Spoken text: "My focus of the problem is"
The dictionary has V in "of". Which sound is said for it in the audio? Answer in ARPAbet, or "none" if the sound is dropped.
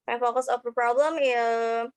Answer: P